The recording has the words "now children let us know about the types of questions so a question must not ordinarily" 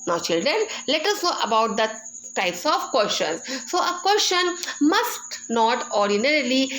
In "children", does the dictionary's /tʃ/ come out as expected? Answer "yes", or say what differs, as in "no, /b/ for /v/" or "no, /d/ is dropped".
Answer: yes